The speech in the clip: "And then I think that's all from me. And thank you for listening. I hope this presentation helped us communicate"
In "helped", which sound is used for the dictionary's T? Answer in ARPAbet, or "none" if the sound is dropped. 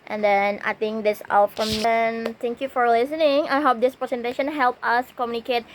none